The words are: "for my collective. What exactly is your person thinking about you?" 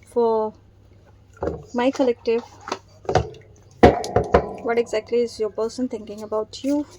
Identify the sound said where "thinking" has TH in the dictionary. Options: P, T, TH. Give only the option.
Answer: T